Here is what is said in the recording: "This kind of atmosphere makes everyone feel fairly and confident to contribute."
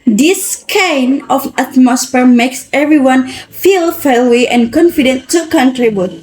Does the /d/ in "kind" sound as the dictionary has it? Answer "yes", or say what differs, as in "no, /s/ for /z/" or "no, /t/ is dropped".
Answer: no, /d/ is dropped